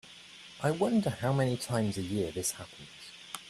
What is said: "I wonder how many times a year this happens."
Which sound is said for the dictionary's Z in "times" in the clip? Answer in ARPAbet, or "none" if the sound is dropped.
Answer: Z